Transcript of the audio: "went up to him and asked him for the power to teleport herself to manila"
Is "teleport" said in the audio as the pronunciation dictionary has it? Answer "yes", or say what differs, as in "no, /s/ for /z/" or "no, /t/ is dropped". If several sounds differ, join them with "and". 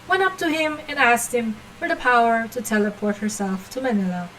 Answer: yes